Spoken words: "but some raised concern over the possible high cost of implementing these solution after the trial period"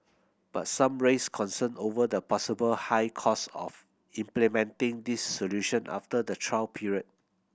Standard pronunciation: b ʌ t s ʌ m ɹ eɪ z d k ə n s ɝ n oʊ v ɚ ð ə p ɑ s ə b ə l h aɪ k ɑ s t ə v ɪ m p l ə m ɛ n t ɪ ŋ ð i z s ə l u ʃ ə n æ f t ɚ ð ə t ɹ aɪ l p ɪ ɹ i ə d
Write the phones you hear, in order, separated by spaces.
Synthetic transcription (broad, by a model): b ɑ t s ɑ m ɹ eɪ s k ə n s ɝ n oʊ v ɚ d ə p ɑ s ə b ə l h aɪ k ɑ s ə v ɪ m p l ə m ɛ n t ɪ ŋ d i s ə l u ʃ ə n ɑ f t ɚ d ə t ɹ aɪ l p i ɹ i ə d